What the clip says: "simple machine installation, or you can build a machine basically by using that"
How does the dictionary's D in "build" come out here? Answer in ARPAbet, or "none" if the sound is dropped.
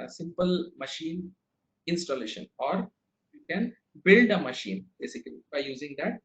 D